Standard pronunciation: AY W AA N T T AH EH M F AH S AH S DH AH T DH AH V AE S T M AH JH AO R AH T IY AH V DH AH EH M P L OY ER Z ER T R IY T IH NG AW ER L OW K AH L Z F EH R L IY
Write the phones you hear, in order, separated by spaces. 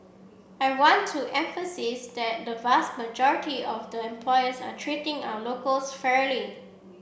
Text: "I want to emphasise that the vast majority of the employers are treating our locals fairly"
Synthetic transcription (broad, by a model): AY W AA N T T EH M F AH S AH S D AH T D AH V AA S T M AH JH AO R AH T IY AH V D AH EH M P L OY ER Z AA T R IY T IH NG AW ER L OW K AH L S F EH R L IY